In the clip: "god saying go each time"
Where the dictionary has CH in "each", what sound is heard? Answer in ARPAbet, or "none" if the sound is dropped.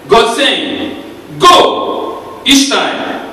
SH